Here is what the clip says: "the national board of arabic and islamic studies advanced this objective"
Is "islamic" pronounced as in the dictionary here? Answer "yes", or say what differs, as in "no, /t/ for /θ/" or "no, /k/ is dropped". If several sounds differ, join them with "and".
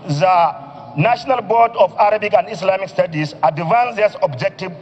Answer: no, /s/ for /z/